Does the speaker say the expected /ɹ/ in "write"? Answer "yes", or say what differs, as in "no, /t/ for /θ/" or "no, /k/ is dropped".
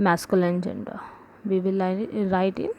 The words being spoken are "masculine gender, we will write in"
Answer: yes